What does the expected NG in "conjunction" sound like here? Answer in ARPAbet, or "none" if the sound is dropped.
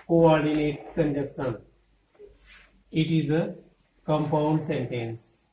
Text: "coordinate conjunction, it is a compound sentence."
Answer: none